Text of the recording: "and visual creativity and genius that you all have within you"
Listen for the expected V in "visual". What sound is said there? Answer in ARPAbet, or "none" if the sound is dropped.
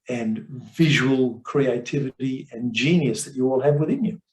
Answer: V